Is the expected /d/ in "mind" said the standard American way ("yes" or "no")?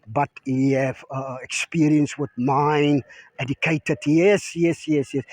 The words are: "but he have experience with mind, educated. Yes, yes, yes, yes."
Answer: no